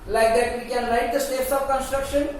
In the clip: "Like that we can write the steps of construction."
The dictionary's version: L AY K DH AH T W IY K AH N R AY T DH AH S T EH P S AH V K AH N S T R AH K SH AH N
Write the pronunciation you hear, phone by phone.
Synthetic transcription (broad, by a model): L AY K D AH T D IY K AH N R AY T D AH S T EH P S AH B K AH N S T R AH K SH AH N